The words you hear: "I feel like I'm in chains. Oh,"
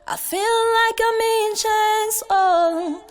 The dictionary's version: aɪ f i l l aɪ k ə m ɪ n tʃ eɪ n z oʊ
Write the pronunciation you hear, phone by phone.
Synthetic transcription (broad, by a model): aɪ f i l l aɪ k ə m ɪ n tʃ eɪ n s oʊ